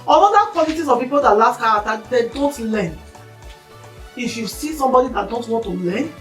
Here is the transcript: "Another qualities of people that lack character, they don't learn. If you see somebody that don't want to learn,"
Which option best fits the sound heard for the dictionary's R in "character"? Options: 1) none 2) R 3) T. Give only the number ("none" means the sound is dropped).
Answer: 1